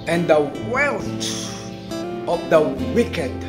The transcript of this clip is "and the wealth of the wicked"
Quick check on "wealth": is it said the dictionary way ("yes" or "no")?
no